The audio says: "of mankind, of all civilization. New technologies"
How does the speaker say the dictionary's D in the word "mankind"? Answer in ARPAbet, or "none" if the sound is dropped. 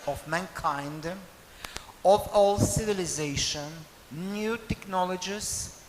D